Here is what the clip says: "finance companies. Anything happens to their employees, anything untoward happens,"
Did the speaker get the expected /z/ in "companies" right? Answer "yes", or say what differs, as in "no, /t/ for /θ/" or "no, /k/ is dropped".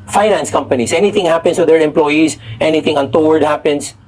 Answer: no, /s/ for /z/